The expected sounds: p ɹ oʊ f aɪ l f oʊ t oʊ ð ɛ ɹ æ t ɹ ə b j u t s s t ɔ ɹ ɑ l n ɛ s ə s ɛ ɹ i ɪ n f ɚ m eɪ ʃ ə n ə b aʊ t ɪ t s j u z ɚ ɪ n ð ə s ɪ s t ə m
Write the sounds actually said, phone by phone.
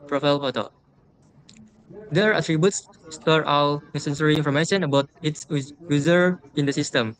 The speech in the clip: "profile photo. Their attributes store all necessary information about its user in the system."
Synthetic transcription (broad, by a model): p ɹ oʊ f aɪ l p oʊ t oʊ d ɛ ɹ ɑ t ɹ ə b j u t s s t ɔ ɹ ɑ w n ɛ s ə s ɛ ɹ i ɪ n f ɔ m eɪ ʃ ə n ə b aʊ t ɪ t s j u z ɚ ɪ n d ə s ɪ s t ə m